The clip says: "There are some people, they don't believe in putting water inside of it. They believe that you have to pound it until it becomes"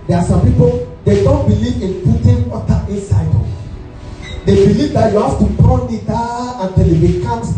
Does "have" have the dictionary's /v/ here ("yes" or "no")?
no